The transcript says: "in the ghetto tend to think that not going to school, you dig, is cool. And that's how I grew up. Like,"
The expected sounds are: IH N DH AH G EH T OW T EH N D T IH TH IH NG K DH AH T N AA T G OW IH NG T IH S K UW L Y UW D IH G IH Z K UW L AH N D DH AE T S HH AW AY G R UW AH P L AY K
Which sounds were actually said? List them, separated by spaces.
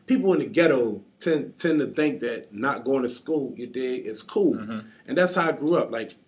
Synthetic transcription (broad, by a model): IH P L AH G EH T OW T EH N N T IH TH IH NG K DH AH T N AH T G OW IH NG T IH S K UW L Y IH D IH IH S K UW L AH N DH AE T S HH AW AY G R UW AH P L AY K